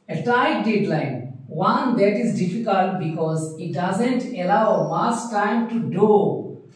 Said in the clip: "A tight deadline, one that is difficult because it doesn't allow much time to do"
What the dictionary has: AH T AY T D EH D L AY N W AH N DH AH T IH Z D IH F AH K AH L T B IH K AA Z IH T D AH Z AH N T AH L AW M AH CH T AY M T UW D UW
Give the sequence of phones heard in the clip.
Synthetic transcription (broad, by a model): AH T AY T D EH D L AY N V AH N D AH T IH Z D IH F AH K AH L T B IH K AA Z IH T D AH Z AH N T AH L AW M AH S T AY M T UW D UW